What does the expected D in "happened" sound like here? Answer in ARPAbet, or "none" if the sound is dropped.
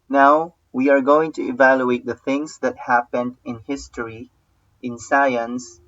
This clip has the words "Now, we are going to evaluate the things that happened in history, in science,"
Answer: D